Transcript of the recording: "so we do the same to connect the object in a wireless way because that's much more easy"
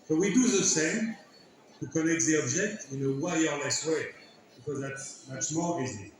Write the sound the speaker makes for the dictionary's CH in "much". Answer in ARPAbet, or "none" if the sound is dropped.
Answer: S